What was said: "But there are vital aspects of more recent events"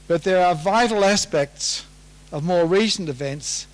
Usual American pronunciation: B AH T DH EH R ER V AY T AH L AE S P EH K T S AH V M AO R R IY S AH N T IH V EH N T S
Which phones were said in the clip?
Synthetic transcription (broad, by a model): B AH T DH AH R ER V AY T L AE S P EH K T S AH V M AO R R IY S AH N T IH V EH N T S